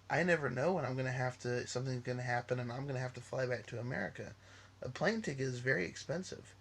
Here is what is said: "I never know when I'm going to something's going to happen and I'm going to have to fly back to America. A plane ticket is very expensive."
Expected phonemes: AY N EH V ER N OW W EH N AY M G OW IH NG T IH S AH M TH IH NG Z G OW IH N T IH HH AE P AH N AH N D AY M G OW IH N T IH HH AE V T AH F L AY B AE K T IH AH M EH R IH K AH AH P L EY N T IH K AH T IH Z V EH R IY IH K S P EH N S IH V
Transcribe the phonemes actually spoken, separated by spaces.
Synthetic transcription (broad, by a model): AY N EH V ER N OW W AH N AY M G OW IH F T IH S AH M TH IH NG Z G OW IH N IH HH AE P AH N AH N AY M G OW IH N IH HH AE F T AH F L AY B AE K T IH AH M EH R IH K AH AH P L EY N T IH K IH Z V EH R IY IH K S P EH N S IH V